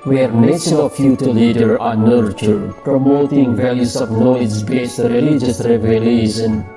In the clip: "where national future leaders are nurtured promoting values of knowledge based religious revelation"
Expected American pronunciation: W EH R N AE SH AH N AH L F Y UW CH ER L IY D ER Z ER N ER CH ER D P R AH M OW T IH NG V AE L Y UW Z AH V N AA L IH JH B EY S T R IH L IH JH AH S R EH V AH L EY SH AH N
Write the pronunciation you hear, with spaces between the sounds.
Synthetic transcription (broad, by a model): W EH R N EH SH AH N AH F Y UW CH ER L IY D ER ER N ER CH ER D P R AH M OW T IH NG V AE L Y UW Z AH V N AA IH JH B EY S T R IH L IH JH AH S R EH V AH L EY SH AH N